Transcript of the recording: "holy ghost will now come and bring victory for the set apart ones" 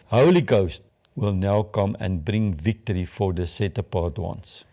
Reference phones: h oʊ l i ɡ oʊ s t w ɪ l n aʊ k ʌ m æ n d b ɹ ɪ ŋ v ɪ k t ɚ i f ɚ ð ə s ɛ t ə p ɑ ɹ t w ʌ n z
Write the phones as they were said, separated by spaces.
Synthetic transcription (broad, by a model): h oʊ l i ɡ oʊ s t w ɪ l n aʊ k ʌ m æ n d b ɹ ɪ ŋ v ɪ k t ɚ i f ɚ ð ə s ɛ t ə p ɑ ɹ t w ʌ n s